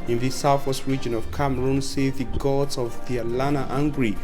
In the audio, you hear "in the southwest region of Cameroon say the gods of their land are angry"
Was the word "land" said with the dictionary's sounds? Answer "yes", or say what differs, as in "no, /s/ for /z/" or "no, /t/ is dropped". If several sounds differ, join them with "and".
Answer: no, /d/ is dropped